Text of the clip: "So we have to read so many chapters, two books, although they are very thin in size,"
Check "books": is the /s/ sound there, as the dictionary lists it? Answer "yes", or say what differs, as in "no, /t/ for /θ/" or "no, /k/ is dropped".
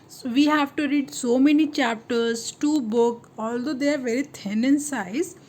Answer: no, /s/ is dropped